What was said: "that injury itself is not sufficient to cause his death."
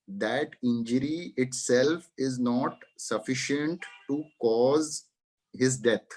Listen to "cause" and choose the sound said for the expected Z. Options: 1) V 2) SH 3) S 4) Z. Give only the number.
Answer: 4